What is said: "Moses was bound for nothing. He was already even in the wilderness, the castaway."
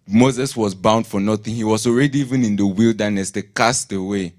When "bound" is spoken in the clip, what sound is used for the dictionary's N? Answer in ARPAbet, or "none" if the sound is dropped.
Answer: N